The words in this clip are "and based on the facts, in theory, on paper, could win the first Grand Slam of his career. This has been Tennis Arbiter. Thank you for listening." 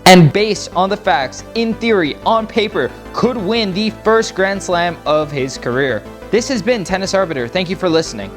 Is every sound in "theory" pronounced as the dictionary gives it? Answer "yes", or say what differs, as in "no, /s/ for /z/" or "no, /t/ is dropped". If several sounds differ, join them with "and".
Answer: yes